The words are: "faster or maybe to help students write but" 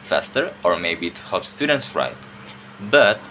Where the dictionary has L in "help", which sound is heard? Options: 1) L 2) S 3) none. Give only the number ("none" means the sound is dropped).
3